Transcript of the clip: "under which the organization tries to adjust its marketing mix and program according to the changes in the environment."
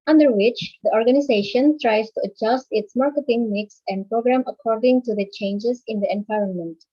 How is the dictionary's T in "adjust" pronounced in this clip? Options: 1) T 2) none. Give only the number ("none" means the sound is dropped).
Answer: 1